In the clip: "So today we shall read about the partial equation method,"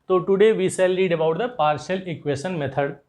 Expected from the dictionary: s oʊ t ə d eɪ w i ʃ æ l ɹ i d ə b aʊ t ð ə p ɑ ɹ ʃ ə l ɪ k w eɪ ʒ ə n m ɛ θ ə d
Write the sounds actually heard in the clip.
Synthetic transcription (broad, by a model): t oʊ t ə d eɪ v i s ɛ l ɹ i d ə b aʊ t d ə p ɑ ɹ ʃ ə l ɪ k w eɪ ʃ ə n m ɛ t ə d